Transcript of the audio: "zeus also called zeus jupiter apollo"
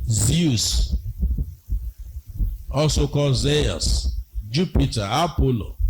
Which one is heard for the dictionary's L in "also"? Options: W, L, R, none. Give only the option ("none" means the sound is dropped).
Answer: none